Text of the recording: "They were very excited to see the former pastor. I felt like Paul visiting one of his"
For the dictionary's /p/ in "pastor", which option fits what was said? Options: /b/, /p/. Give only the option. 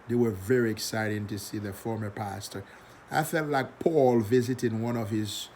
/p/